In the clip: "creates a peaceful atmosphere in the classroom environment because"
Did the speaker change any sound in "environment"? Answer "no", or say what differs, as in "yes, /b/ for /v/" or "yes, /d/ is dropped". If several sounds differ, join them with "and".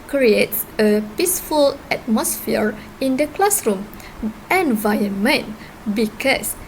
yes, /ɹ/ is dropped